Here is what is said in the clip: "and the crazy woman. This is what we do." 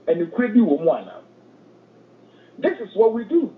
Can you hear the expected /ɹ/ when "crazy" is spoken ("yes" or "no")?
no